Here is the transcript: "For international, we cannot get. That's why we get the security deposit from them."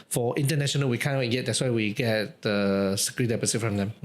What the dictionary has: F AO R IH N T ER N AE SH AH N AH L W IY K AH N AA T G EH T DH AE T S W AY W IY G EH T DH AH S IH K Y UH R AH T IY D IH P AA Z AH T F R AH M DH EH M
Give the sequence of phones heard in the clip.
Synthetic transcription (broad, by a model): F AO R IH N T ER N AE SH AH N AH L W IY K AH N AA T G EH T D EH T S W AY W IY G EH T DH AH S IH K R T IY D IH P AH S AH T F R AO M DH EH M